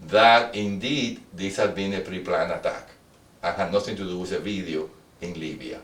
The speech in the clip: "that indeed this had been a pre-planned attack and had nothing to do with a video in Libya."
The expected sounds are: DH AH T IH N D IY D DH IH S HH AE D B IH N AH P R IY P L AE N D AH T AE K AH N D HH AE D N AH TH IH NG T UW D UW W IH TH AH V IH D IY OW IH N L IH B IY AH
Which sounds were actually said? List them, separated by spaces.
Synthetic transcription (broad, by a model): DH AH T IH N D IY D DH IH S HH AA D B IH N AH P R IY P L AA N AH T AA K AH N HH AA N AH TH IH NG T UW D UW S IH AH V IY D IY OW IH N L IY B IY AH